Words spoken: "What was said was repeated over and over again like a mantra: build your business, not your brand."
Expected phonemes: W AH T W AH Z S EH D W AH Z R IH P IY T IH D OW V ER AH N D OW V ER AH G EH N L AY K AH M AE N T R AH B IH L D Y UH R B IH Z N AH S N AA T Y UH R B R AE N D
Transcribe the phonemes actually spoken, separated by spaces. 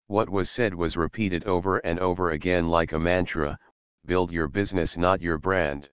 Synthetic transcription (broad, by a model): W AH T W AH Z S EH D W AH Z R IH P IY T IH D OW V ER AH N D OW V ER AH G EH N L AY K AH M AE N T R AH B IH L D Y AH R B IH Z N AH S N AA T Y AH R B R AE N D